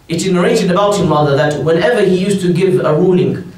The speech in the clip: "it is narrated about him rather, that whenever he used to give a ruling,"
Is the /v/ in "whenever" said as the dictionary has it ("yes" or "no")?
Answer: yes